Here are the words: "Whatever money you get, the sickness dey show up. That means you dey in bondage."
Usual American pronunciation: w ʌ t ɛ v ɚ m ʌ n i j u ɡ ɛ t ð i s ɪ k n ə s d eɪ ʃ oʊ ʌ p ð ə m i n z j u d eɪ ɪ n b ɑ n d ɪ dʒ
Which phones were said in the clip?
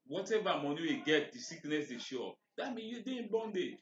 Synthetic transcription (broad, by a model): w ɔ t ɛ v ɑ m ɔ n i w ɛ ɡ ɛ t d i s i k n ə s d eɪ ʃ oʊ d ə m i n j u d eɪ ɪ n b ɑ n d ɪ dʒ